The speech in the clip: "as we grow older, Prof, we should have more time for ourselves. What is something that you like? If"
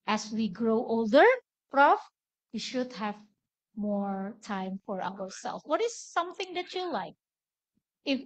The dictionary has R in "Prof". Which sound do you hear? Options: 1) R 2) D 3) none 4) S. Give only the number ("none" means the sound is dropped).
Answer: 1